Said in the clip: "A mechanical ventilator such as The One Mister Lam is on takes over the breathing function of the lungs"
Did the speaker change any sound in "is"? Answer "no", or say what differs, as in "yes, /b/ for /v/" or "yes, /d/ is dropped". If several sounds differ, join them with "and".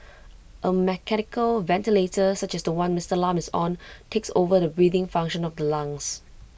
yes, /s/ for /z/